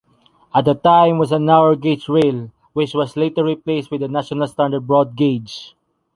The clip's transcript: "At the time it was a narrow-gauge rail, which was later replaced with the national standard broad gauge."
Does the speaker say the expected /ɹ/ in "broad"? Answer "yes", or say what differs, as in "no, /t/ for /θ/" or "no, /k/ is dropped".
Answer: yes